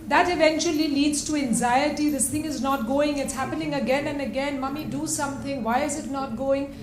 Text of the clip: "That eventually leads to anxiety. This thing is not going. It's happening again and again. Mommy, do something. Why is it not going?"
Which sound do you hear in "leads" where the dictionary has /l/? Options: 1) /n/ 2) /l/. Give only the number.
2